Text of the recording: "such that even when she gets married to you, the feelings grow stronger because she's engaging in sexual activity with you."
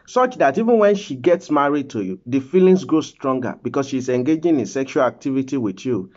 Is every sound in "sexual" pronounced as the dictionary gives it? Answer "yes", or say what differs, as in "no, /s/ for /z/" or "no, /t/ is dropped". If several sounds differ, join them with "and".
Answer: yes